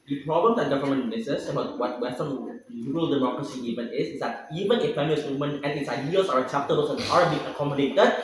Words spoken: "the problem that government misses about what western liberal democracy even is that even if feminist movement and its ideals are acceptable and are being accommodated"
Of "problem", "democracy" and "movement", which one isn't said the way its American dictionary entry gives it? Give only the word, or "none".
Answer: movement